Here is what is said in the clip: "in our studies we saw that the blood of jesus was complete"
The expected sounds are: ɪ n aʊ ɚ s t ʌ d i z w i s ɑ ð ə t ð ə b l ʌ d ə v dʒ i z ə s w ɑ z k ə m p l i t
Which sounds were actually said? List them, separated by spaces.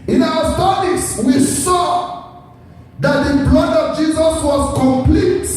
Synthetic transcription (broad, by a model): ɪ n aʊ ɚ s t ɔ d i s w i s ɑ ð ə t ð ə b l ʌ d ə v dʒ i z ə s w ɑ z k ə m p l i t